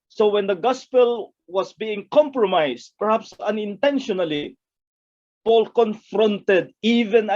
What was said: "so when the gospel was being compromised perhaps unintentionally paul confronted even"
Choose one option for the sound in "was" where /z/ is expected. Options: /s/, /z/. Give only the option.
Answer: /s/